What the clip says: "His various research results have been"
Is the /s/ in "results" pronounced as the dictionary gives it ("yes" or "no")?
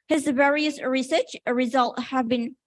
no